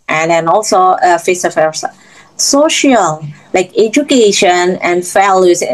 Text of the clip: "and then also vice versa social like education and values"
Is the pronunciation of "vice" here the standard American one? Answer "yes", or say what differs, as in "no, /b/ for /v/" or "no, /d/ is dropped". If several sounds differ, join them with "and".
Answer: no, /f/ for /v/